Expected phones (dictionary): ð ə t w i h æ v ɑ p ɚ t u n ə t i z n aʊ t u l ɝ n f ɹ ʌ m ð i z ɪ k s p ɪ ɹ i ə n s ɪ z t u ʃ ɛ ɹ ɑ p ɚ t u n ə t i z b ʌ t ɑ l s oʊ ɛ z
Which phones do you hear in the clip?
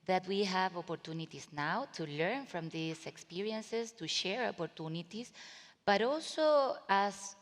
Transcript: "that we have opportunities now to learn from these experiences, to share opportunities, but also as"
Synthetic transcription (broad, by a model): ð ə t w i h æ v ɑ p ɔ t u n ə t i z n aʊ t u l ɝ n f ɹ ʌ m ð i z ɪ k s p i ɹ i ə n s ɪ s t u ʃ ɛ ɹ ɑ p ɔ t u n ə t i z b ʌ t ɑ l s oʊ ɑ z